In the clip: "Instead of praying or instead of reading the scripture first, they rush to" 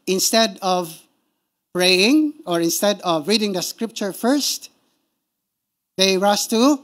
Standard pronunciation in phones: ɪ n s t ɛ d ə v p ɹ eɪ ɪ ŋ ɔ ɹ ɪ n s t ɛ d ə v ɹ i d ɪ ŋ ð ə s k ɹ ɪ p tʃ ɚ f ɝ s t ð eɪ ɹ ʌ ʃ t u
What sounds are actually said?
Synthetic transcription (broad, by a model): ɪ n s t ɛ d ə v p ɹ eɪ ɪ ŋ ɔ ɹ ɪ n s t ɛ d ə v ɹ i d ɪ ŋ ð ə s k ɹ ɪ p tʃ ɚ f ɝ s t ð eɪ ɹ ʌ s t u